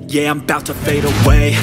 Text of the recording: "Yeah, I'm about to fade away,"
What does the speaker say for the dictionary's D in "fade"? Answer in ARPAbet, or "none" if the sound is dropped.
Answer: D